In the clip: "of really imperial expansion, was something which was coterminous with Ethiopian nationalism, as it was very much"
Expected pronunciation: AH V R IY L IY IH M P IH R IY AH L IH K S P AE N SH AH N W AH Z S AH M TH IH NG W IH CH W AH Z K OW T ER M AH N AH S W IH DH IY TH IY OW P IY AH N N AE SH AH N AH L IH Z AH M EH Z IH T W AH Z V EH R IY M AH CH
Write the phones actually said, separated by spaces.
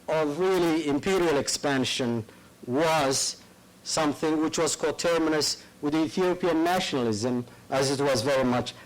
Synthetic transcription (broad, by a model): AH V R IY L IY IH M P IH R IY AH L IH K S P AE N SH AH N W AH Z S AH M TH IH NG W IH CH W AH Z K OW T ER M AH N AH S W IH DH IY TH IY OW P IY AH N N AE SH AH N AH L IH Z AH M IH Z IH T W AH Z V EH R IY M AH CH